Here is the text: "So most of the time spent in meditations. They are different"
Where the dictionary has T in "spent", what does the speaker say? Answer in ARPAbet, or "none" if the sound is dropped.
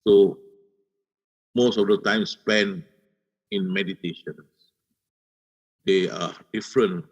none